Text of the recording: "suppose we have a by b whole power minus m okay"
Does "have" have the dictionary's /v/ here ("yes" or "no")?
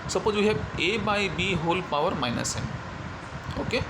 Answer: no